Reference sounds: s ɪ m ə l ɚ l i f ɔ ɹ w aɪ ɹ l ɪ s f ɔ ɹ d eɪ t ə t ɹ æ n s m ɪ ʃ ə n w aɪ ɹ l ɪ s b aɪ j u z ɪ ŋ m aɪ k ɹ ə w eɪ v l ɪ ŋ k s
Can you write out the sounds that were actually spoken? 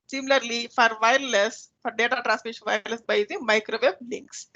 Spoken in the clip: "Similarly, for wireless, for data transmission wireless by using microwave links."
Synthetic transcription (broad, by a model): s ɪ m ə l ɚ l i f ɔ ɹ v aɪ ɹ l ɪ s f ɔ ɹ d eɪ t ə t ɹ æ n s m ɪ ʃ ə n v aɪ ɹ l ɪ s b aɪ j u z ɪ ŋ m aɪ k ɹ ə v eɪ b l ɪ ŋ k s